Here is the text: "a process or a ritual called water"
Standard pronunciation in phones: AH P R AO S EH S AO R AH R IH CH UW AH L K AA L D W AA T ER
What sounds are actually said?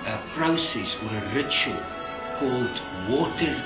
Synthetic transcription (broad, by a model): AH P R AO S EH S AO R AH R IH CH UW AH L K AA L D W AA T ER